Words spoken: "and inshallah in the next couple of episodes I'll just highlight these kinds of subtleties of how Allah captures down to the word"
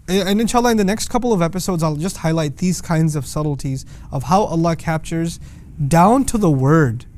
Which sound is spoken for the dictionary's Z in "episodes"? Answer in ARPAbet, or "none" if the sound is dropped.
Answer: Z